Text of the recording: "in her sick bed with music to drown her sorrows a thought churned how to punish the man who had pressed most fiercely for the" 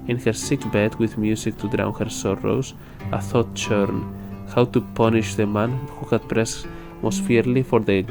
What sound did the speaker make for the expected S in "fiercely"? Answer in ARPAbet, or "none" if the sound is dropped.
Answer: none